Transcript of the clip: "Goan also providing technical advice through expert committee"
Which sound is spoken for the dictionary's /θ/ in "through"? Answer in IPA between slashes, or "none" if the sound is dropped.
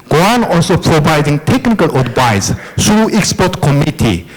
/t/